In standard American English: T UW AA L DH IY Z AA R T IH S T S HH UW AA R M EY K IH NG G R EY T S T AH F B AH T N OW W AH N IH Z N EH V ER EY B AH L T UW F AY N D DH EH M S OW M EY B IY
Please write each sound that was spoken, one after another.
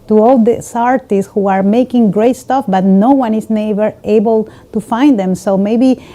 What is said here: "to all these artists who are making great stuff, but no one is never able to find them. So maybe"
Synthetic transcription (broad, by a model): T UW AA L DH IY S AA R T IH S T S HH UW AA R M EY K IH NG G R EY T S T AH F B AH T N OW W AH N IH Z N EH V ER EY B AH L T UW F AY N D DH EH M S OW M EY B IY